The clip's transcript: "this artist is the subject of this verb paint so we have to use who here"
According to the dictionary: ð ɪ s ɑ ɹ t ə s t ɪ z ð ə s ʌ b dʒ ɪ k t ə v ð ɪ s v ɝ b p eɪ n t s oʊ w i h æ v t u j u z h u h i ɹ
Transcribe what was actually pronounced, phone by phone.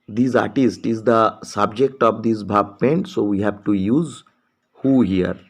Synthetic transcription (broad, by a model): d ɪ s ɑ ɹ t ə s t ɪ z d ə s ʌ b dʒ ɪ k t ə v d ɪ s b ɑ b p eɪ n t s oʊ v i h æ v t u j u z h u h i ɹ